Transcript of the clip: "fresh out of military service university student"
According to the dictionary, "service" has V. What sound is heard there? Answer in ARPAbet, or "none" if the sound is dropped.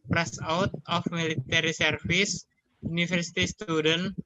F